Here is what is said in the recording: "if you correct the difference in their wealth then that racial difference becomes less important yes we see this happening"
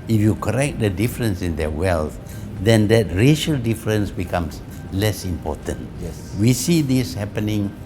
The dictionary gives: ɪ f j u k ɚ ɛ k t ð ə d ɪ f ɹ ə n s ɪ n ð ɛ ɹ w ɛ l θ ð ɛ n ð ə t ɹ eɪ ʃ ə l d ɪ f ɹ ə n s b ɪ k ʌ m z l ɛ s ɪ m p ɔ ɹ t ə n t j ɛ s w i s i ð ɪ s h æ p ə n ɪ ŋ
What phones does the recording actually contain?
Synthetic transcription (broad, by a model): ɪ f j u k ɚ ɛ k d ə d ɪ f ɹ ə n s ɪ n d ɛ w ɛ l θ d ɛ n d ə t ɹ eɪ ʃ ə l d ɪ f ɹ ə n s b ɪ k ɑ m s l ɛ s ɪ m p ɔ t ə n t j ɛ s w i s i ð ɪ s h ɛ p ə n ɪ ŋ